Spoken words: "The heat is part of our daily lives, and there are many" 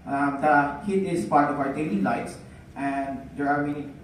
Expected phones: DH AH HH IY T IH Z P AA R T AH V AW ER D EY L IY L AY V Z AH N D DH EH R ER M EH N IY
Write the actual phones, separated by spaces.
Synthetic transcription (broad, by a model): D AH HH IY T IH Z P AA R T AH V AW ER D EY N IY L AY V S AH N D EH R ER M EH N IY